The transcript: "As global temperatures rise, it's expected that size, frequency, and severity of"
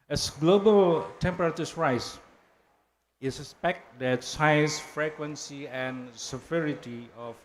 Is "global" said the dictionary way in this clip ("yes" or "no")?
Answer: yes